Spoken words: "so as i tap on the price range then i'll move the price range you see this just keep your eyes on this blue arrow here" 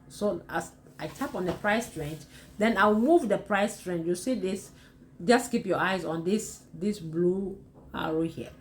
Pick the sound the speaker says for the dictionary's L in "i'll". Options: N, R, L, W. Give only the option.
W